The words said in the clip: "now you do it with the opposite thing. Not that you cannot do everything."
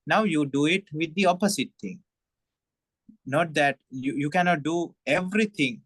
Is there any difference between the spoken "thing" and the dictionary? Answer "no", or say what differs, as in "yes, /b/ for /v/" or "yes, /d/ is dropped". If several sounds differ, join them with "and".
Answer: yes, /t/ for /θ/